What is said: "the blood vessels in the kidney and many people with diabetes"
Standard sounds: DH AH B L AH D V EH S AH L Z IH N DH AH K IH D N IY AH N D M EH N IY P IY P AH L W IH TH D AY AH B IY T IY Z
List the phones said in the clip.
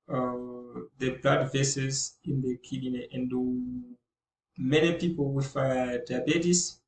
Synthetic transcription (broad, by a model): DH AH B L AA D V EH S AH Z IH N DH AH K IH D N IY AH N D M EH N IY P IY P AH L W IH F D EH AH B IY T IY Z